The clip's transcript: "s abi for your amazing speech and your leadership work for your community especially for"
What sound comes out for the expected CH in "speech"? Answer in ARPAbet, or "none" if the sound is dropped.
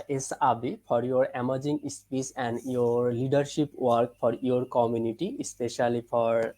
S